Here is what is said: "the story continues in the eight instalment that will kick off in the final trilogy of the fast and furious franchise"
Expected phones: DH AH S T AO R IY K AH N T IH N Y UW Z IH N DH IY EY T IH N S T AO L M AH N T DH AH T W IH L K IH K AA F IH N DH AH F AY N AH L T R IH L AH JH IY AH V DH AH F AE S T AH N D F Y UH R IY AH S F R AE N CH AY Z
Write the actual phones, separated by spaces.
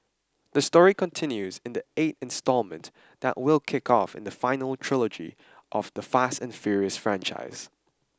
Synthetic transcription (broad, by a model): DH AH S T AO R IY K AH N T IH N Y UW Z IH N DH IY EY T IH N S T AO L M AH N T DH AH T W IH L K IH K AA F IH N DH AH F AY N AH L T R IH L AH JH IY AH V DH AH F AE S T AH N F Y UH R IY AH S F R AE N CH AY Z